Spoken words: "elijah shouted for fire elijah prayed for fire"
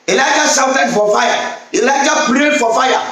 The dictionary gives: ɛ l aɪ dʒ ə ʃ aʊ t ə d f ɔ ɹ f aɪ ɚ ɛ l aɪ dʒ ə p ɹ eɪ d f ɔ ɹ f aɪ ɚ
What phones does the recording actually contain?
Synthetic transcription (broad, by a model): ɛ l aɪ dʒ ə s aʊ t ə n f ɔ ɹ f aɪ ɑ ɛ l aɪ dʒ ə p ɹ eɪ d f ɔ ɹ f aɪ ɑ